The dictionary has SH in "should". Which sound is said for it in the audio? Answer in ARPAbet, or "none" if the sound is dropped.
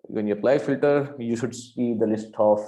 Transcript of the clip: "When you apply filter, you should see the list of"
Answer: SH